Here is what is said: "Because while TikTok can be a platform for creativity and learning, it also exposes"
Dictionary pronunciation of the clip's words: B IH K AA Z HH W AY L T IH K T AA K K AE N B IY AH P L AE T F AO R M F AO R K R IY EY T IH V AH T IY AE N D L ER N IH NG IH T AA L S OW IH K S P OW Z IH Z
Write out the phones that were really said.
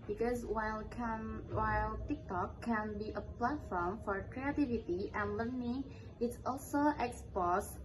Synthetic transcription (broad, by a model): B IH K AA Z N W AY L T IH K T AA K K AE N B IY AH P L AE T F AO R M F AO R K R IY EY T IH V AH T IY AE N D L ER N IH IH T AA L S OW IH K S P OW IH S